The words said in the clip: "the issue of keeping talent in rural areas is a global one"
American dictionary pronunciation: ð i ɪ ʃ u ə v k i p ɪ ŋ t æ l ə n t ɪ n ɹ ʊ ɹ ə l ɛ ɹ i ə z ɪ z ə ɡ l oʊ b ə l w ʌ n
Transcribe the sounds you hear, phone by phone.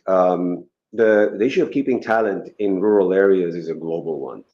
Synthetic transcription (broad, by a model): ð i ɪ ʃ u ə v k i p ɪ ŋ t æ l ə n t ɪ n ɹ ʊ ɹ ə l ɛ ɹ i ə z ɪ z ə ɡ l oʊ b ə l w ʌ n